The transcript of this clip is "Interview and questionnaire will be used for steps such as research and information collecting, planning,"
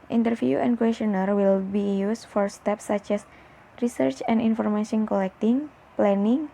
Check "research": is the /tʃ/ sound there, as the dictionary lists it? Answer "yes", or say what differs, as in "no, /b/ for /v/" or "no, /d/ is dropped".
yes